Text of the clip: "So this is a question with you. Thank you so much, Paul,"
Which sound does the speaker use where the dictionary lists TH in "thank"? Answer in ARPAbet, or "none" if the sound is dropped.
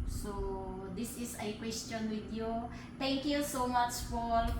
T